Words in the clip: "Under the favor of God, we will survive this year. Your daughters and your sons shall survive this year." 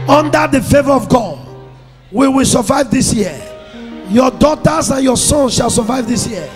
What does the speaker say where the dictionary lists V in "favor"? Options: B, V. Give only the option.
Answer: V